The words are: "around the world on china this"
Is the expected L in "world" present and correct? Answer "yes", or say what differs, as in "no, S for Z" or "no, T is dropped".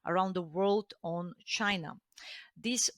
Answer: yes